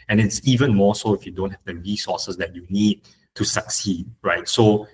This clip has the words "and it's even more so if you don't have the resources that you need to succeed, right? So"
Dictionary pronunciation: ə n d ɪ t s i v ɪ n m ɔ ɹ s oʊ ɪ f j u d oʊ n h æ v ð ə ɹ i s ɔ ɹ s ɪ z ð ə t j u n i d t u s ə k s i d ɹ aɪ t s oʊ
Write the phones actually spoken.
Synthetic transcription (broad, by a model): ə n ɪ t s i v ɪ n m ɔ s oʊ ɪ f j u d oʊ n h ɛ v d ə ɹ i s ɔ s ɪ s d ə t j u n i d t u s ə k s i d ɹ aɪ t s oʊ